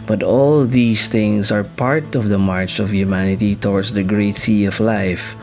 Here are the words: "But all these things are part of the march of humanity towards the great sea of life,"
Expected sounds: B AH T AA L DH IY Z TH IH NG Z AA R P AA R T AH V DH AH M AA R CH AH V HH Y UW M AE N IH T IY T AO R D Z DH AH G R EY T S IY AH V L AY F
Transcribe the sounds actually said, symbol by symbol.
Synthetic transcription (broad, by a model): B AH T AA L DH IY S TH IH NG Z AA R P AA R T AH V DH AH M AA R CH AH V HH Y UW M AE N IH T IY T AO R D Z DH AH G R EY T S IY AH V L AY F